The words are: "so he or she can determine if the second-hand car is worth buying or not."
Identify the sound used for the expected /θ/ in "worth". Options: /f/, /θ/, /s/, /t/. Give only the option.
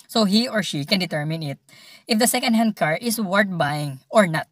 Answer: /t/